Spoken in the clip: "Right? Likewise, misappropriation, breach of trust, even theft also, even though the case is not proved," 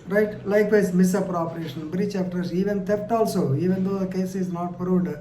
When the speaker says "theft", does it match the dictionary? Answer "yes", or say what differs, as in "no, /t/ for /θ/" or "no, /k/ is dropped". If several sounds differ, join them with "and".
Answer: no, /t/ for /θ/